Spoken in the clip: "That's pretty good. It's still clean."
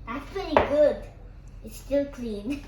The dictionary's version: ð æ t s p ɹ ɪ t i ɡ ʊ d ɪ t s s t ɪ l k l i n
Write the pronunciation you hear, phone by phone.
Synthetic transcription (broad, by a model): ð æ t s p ɛ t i ɡ ʊ d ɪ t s s t ɪ l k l i n